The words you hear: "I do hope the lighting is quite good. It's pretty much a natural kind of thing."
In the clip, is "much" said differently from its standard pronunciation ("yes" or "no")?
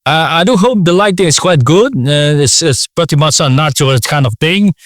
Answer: yes